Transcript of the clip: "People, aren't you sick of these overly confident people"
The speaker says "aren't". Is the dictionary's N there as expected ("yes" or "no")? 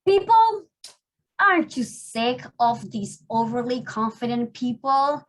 no